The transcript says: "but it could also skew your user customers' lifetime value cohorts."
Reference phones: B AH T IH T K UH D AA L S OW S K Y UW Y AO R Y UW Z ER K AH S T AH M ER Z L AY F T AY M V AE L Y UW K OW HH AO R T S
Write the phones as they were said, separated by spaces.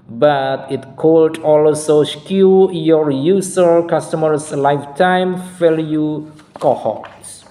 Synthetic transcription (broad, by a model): B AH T IH T K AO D AA L S OW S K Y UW Y AO R Y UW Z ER K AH S T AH M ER S L AY F T AY M F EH L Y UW K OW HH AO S